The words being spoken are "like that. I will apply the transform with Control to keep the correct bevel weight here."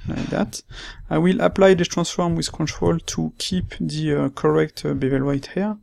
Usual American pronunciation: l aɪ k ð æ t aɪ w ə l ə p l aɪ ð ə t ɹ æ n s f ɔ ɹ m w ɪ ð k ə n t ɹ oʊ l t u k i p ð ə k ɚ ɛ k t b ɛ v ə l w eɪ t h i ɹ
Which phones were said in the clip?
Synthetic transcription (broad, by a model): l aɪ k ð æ t aɪ w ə l ə p l aɪ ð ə t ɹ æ s f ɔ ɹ m w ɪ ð k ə n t ɹ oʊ l t u k i p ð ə k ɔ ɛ k t b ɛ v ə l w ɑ t h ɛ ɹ